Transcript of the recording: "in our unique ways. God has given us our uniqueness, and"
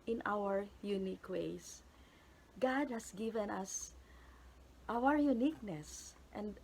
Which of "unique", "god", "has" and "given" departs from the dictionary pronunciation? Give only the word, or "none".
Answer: has